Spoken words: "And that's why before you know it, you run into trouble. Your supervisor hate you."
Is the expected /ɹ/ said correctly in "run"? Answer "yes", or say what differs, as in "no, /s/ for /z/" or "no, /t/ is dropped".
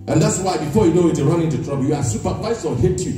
yes